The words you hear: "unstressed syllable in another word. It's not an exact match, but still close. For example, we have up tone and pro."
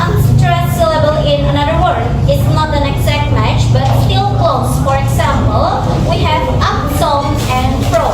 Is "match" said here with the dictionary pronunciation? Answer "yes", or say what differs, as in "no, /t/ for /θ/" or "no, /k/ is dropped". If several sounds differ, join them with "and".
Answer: yes